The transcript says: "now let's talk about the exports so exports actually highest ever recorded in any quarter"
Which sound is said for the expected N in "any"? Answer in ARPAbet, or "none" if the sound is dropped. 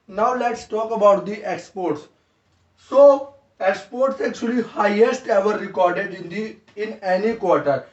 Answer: N